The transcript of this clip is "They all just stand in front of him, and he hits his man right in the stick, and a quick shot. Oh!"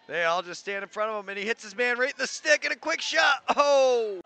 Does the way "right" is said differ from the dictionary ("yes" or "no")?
yes